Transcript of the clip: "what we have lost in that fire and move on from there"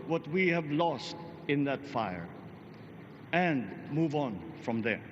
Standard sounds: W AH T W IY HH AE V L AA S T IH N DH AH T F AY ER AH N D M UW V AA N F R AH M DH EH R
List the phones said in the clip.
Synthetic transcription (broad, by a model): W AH T W IY HH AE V L AA S T IH N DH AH T F AY ER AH N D M UW V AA N F R AH M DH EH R